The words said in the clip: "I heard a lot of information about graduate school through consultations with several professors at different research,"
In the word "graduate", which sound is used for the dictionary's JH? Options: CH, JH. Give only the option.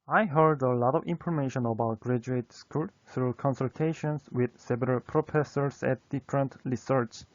JH